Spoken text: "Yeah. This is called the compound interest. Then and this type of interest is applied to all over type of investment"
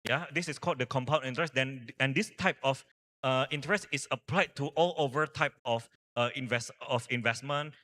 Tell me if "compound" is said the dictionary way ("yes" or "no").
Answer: no